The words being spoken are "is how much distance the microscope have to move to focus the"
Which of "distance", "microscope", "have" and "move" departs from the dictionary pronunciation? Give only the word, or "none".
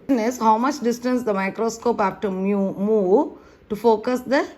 have